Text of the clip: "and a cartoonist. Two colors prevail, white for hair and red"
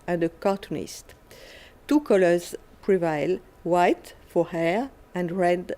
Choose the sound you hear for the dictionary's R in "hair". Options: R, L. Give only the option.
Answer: R